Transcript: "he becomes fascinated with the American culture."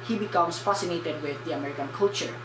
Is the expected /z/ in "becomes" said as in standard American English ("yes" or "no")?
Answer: no